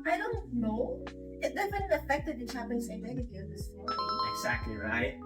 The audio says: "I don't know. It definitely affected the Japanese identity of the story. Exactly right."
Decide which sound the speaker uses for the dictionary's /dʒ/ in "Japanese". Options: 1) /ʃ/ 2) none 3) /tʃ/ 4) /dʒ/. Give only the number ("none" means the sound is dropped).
3